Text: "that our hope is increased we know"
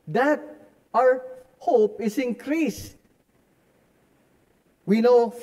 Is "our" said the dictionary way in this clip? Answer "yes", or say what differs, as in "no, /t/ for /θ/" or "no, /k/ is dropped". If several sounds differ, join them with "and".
yes